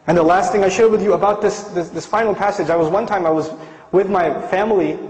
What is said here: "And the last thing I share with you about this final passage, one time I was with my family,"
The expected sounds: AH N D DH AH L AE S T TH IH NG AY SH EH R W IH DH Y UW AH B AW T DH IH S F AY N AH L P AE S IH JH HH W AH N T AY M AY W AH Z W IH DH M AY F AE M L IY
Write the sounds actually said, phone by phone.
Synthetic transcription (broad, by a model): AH N DH AH L AE S T TH IH NG AY SH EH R W IH DH Y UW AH B AW T DH IH S F AY N L P AE S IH JH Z W AH N T AY M AY W AH Z W IH DH M AY F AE M L IY